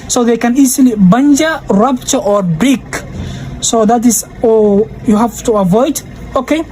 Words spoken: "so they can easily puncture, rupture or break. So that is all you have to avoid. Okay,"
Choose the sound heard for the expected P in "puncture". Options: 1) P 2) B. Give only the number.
2